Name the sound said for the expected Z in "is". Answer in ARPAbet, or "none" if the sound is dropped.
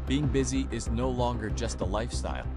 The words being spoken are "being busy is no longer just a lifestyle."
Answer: Z